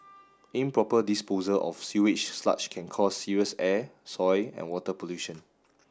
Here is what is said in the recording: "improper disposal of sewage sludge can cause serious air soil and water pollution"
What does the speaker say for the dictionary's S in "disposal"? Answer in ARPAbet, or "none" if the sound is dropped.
S